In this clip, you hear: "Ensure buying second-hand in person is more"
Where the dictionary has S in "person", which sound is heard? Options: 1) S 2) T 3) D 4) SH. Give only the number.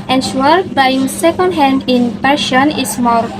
4